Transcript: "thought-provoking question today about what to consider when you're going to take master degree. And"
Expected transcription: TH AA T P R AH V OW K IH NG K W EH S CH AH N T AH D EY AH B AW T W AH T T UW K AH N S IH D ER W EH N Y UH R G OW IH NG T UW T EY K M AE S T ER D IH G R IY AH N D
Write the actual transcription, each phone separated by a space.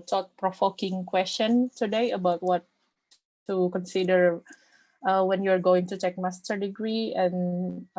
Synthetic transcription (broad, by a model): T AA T P R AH F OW K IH NG K W EH S CH AH N T AH D EY AH B AW T W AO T T UW K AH N S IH D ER W EH N Y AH R G OW IH NG T UW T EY K M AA S T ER D IH G R IY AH N